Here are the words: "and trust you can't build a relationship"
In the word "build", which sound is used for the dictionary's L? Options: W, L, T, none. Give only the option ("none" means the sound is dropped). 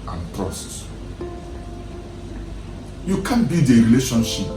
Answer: none